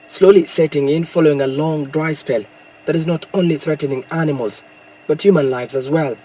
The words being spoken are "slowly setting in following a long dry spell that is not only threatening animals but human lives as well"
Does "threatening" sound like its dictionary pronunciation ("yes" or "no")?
yes